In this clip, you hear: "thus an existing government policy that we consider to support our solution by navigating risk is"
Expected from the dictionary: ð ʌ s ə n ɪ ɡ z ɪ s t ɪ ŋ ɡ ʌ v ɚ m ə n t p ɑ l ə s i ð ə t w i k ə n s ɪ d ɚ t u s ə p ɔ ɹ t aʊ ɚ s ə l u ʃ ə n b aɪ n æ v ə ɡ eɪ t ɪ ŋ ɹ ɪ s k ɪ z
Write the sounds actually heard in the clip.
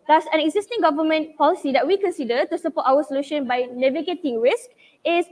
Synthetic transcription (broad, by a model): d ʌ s ə n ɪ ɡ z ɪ s t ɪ ŋ ɡ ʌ v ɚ m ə n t p ɑ l ə s i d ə t w i k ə n s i d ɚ t u s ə p ɔ t aʊ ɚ s ə l u ʃ ə n b aɪ n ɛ v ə ɡ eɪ t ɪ ŋ ɹ ɪ s k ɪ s